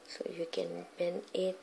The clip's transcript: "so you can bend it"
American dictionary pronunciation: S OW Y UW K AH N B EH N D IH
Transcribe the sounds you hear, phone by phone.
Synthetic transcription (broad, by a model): S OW Y UW K AH N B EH N IH